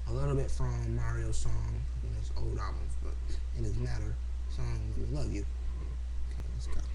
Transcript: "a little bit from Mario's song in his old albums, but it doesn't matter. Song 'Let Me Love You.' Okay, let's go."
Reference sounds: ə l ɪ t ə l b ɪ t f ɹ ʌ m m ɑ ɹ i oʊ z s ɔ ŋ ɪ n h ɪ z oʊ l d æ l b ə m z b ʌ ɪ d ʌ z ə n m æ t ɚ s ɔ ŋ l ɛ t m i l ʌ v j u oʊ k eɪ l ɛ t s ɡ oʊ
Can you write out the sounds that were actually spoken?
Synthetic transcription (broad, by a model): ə l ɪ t l b ɪ t f ɹ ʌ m m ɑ ɹ i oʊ s ɔ ŋ ɪ n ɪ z oʊ l d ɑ b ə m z b ʌ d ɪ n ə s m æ t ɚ s ɔ ŋ w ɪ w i l ʌ v j u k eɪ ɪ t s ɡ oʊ